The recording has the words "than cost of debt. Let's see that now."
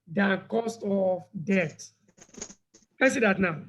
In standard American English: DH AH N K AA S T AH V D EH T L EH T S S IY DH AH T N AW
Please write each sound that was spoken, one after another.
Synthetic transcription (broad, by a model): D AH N K AA S T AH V D EH T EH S S IY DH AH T N AW